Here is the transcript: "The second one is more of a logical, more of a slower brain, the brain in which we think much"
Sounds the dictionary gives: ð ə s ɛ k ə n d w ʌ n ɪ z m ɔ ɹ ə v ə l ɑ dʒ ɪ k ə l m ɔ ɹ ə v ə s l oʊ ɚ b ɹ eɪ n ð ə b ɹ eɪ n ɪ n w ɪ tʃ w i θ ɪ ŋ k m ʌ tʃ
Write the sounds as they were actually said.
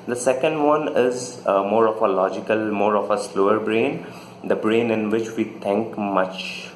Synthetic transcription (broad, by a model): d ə s ɛ k ə n d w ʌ n ɪ z m ɔ ɹ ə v ə l ɑ dʒ ɪ k ə l m ɔ ɹ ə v ə s l oʊ ɚ b ɹ eɪ n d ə b ɹ eɪ n ɪ n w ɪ tʃ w i t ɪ ŋ k m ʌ tʃ